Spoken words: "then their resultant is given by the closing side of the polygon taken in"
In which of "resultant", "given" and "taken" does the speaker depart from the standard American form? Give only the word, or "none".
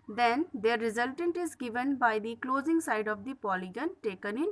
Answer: none